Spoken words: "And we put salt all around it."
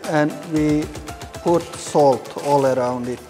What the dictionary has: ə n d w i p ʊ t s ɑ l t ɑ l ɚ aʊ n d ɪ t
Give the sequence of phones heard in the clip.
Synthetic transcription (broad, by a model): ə n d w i p ʊ t s ɑ l t ɑ l ɚ aʊ n d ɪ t